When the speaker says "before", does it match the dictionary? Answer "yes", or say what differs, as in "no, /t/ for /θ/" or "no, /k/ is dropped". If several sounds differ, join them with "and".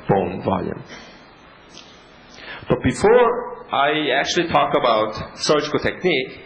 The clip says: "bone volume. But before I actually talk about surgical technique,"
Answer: yes